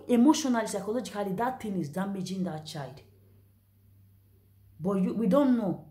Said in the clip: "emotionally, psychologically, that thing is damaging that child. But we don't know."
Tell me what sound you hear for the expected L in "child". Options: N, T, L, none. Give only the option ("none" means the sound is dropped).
none